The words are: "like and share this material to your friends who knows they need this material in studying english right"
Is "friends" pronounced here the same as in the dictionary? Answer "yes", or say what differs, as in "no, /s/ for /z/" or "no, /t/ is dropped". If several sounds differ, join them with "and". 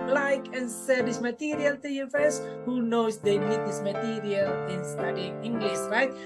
no, /ɹ/ is dropped